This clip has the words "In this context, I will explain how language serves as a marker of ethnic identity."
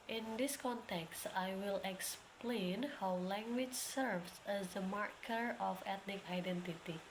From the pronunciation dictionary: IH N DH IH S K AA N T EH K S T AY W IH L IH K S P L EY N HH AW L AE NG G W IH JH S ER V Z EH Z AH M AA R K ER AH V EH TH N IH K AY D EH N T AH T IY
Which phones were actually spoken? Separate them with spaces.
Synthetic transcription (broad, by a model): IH N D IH S K AA N T EH K S T AY W IH L IH K S P L EY N HH AW L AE NG G W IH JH S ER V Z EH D AH M AA R K ER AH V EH T N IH K AY D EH N T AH T IY